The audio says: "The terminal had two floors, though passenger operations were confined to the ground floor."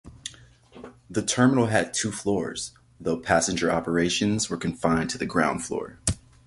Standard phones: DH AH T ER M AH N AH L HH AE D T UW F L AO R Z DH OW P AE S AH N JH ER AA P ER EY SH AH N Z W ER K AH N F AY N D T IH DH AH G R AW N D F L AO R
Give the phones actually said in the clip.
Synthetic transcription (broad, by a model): DH AH T ER M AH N L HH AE D T UW F L AO R Z DH OW P AE S AH N JH ER AA P ER EY SH AH N Z W ER K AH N F AY N T IH DH AH G R AW N D F L AO R